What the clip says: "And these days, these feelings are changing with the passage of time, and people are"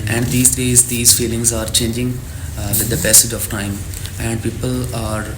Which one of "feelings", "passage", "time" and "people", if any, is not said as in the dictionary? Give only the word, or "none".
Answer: passage